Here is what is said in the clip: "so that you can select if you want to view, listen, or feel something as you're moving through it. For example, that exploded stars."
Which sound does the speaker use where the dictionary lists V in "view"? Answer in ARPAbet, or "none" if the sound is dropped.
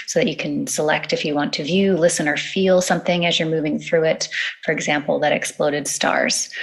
V